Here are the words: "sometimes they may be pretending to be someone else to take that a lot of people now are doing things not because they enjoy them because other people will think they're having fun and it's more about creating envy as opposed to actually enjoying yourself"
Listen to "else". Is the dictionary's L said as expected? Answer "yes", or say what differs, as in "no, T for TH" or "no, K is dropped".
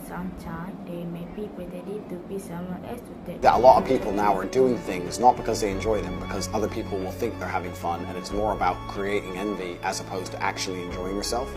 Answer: no, L is dropped